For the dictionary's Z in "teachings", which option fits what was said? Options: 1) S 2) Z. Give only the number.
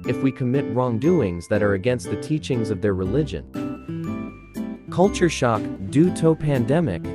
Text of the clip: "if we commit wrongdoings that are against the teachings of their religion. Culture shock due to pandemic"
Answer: 2